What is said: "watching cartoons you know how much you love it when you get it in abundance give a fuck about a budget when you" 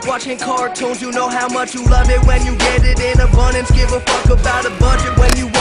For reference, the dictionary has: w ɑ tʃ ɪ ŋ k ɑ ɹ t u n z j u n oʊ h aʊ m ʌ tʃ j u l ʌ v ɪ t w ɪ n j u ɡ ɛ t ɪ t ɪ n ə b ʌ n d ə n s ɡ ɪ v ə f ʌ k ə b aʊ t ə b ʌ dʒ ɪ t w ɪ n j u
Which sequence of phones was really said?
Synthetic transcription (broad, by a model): w ɑ tʃ ɪ ŋ k ɑ ɹ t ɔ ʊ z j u n oʊ h aʊ m ʌ tʃ j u l ʌ v ɪ t w ɪ n j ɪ ɡ ɛ t ɪ t ɪ n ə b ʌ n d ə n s ɡ ɪ v ə f ʌ k ə b aʊ t ə b ʌ dʒ ɪ t w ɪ n j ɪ